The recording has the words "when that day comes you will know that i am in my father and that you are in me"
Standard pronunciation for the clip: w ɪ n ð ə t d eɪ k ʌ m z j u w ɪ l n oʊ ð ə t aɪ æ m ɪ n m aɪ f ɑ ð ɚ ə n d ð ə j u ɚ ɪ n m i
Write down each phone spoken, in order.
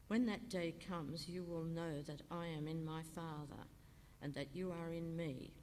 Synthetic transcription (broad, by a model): w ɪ n ð ə t d eɪ k ʌ m z j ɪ w ɪ l n oʊ ð ə t aɪ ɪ m ɪ n m aɪ f ɑ ð ɚ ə n ð ə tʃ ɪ ɚ ɪ n m i